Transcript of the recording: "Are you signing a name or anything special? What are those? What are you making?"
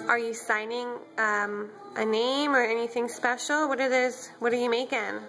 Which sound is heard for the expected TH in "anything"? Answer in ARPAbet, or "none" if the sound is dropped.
TH